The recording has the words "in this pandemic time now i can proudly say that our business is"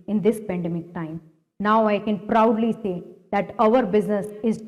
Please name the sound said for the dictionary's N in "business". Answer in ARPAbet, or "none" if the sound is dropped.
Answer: N